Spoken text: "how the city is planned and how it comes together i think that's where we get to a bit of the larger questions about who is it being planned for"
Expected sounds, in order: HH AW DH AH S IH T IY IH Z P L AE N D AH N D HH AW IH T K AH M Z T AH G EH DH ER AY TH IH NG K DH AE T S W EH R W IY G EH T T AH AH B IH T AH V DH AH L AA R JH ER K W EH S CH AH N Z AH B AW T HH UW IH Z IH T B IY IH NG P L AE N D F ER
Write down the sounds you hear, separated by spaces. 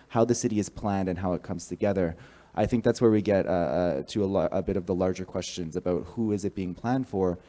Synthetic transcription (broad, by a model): HH AW DH AH S IH T IY IH Z P L AE N D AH N HH AW IH T K AH M Z T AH G EH DH ER AY TH IH NG K DH AE T S W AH R W IY G EH T T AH AH B IH T AH V DH AH L AA R JH ER K W EH S CH AH N Z AH B AW T HH UW IH Z IH T B IY IH NG P L AE N D F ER